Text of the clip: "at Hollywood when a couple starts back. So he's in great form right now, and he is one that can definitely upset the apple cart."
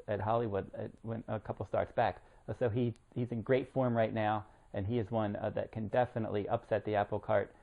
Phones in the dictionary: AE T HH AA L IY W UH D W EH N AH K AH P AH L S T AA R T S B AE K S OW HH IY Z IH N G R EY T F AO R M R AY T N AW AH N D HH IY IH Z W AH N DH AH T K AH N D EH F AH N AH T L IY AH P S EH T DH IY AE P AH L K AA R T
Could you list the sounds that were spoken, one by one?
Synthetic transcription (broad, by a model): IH T HH AA L IY W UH D W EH N AH K AH P L S T AA R T S B AE K S OW HH IY Z IH N G R EY T F AO R M R AY T N AW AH N IY IH Z W AH N DH AH T K AH N D EH F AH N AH T L IY AH P S EH T DH IY AE P L K AA R T